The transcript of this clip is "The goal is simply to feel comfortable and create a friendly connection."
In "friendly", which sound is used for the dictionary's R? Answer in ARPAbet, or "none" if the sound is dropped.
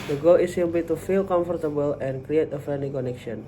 none